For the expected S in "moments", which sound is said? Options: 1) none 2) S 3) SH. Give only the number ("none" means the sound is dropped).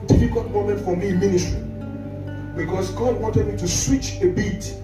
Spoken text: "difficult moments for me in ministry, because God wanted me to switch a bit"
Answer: 1